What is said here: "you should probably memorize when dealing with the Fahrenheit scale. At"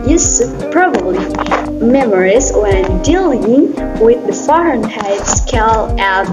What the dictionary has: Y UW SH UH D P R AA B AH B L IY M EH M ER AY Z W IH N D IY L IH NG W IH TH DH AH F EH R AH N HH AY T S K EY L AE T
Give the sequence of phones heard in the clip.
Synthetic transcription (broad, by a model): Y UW S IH P R AA B AH B L IY M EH M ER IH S D IY L IH NG W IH DH AH F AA R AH N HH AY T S K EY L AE